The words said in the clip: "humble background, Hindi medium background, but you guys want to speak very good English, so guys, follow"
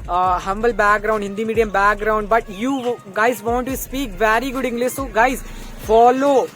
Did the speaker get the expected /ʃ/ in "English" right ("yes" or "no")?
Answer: no